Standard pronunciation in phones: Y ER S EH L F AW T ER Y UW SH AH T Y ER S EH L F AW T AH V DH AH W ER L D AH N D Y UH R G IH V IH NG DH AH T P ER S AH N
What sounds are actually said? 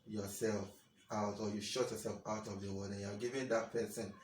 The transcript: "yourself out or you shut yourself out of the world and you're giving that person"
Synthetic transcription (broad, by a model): Y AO S EH L F AW T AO Y UW SH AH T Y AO S EH L F AW T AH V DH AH W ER D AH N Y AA G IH V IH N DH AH T P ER S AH N